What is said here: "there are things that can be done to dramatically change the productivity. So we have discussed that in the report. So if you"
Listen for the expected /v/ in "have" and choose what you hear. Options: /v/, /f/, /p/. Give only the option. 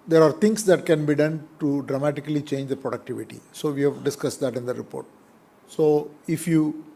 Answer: /v/